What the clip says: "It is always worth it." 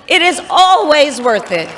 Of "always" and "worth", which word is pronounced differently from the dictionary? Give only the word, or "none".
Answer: none